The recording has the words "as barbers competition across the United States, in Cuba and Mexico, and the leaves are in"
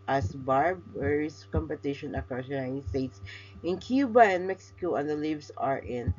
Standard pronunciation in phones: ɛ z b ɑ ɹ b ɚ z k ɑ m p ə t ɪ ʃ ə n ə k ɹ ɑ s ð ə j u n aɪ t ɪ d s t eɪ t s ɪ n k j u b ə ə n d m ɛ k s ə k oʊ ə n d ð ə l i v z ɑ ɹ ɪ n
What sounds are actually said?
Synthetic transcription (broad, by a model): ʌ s b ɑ ɹ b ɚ s k ɑ m p ə t ɪ ʃ ə n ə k ɑ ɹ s j u n aɪ t ɪ d s t eɪ t s ɪ n k j u b ə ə n m ɛ k s ə k oʊ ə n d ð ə l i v s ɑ ɹ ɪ n